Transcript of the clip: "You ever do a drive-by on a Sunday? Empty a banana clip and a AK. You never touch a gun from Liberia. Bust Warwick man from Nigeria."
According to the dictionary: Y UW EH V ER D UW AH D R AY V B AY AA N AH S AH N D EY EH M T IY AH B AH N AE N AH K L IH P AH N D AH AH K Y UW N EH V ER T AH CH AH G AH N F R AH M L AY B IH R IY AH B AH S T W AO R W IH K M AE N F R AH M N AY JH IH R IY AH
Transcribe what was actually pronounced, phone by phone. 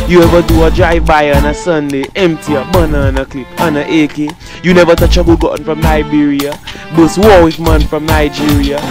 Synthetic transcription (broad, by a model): Y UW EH V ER D UW AH D R AY V B AY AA N AH S AH N D EY EH M T IY AH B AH N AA N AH K L IH P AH N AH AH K Y UW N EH V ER T AH CH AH G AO N F R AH M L AY B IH R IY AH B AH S W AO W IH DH M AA N F R AH M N AY JH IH R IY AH